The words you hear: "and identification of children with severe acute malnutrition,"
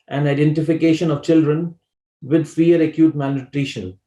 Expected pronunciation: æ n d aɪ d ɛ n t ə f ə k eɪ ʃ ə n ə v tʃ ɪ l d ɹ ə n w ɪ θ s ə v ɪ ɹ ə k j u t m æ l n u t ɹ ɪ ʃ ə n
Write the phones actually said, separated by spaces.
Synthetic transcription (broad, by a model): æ n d aɪ d ɛ n t ə f ə k eɪ ʃ ə n ə v tʃ ɪ l d ɹ ə n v ɪ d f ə ʌ ɹ ə k j u t m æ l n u t ɹ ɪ ʃ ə n